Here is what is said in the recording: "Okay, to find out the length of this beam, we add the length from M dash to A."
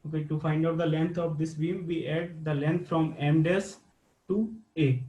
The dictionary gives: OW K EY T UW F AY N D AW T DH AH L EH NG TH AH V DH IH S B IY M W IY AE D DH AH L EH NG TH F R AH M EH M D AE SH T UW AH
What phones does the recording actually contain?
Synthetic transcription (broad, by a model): OW K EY T UW F AY N D AW T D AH L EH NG T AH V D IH S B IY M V IY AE D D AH L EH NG T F R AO M EH M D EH S T UW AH